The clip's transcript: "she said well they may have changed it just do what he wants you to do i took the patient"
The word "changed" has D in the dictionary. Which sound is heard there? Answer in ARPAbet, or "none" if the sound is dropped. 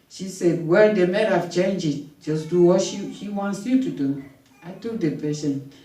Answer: none